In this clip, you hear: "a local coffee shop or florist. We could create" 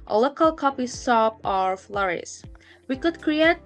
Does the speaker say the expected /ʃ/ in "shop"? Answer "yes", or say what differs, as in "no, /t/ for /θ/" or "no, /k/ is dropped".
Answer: no, /s/ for /ʃ/